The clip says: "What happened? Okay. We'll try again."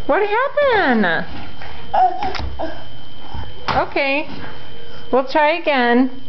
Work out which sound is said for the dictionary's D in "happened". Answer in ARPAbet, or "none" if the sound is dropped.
none